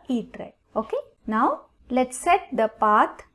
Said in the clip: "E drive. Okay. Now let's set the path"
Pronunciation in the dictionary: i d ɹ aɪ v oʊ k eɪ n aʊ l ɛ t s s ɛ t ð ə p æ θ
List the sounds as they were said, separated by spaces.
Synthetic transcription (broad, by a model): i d ɹ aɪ oʊ k eɪ n aʊ l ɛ t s s ɛ t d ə p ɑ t